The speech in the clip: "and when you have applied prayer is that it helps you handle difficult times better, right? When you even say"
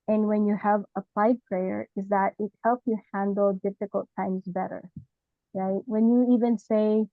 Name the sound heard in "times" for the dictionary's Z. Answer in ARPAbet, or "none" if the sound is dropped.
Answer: Z